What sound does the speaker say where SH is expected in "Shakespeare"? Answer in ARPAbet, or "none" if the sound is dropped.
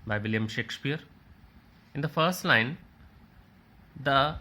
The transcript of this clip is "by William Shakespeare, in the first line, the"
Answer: SH